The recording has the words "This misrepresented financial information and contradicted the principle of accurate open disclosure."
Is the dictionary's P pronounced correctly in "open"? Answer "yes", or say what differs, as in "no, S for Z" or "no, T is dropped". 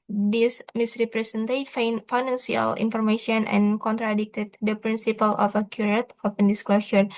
no, F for P